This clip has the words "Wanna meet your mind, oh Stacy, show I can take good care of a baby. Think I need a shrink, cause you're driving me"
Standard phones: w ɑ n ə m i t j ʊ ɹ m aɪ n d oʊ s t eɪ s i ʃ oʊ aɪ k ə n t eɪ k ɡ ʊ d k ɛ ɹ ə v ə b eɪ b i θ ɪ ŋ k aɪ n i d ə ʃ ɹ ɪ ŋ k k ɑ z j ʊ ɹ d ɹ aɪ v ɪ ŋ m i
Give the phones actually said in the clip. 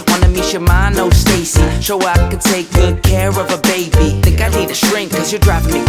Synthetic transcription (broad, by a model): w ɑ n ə m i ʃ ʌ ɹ m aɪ n oʊ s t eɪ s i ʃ oʊ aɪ k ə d t eɪ k ɡ ʊ d k ɛ ɹ ə v ə b eɪ b i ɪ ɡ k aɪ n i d ə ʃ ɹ ɪ ŋ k k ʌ z j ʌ ɹ d ɹ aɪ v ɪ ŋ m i